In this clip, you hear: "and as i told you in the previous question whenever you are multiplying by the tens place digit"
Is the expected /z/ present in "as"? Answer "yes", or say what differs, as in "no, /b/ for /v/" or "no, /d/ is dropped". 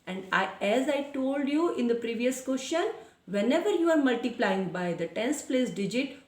yes